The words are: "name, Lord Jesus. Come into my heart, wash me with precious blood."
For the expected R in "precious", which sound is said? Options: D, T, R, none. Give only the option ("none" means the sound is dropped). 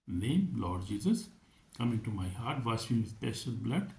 none